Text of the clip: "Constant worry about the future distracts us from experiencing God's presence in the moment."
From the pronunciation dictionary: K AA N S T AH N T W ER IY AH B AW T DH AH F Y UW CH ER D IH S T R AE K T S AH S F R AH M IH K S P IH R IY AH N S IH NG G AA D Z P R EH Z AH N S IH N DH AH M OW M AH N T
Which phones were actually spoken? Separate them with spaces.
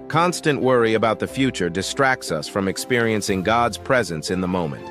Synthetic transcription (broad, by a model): K AA N S T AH N T W ER IY AH B AW T DH AH F Y UW CH ER D IH S T R AE K T S AH S F R AH M IH K S P IH R IY AH N S IH NG G AA D Z P R EH Z AH N S IH N DH AH M OW M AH N T